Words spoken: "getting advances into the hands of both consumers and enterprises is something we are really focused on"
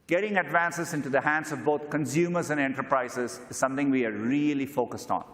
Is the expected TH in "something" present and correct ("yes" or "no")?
no